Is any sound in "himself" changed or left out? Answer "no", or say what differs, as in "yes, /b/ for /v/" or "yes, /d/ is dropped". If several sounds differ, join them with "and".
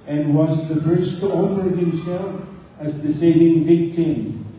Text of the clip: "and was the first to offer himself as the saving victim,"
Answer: yes, /m/ is dropped